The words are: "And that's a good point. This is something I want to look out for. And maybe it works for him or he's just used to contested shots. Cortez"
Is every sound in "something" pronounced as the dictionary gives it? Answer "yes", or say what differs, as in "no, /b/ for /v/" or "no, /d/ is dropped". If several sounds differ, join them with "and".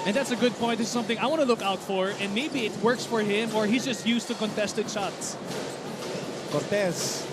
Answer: yes